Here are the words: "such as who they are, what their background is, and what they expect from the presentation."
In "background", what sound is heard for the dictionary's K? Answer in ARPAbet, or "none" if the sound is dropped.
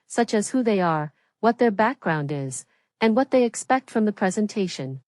K